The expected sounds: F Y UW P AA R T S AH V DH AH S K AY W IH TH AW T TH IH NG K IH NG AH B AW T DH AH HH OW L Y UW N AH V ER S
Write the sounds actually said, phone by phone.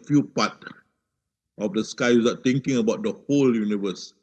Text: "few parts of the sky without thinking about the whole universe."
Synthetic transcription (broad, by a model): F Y UW P AA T AH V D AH S K AY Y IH S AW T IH NG K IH NG AH B AW T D AH HH OW L Y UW N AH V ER S